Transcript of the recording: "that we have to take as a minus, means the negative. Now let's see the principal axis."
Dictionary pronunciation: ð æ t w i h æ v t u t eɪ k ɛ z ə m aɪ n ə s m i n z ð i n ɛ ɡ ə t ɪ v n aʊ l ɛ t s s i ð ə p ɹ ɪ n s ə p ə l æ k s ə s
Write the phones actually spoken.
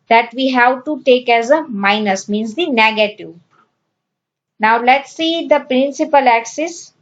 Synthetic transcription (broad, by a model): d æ t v i h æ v t u t eɪ k ɛ z ə m aɪ n ə s m i n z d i n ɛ ɡ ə t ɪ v n aʊ l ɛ t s s i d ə p ɹ ɪ n s ə p ə l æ k s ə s